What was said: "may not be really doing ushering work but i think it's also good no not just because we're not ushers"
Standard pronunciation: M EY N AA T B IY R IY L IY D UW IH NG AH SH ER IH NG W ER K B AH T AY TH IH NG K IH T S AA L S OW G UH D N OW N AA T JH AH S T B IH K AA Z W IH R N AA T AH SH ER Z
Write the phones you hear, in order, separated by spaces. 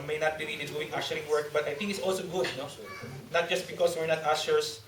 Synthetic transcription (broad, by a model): M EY N AA T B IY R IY N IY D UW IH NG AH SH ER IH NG W ER K B AH T AY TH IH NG K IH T S AA L S OW G UH D N OW N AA T JH AH S T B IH K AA S W IH R N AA T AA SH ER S